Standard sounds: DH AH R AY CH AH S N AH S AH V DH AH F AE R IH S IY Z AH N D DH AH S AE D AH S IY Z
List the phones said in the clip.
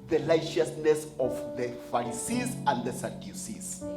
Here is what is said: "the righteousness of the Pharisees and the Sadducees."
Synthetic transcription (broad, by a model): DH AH L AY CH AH S N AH S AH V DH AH F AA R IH S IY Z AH N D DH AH S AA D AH S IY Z